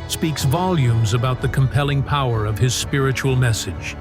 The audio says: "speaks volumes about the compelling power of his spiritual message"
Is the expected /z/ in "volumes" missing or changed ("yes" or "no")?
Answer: no